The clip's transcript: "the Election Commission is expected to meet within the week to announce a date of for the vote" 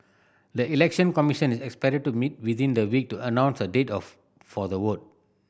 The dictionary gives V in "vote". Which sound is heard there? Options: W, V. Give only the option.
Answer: W